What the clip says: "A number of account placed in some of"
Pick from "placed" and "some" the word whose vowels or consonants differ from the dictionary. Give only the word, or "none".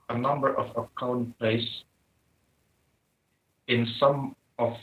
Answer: placed